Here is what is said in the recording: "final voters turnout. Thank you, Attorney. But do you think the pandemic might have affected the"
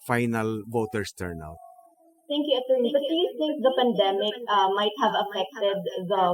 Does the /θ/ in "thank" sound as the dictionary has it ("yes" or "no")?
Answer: no